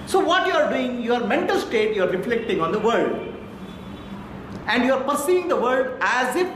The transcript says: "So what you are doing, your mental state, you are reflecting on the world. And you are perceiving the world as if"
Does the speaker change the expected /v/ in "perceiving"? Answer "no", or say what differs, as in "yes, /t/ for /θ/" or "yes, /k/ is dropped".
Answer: yes, /v/ is dropped